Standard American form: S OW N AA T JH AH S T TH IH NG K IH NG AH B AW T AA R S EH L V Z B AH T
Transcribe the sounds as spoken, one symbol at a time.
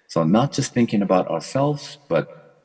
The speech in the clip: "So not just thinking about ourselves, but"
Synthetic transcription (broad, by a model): S OW N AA T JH AH S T TH IH NG K IH NG AH B AW T AA R S EH L V Z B AH T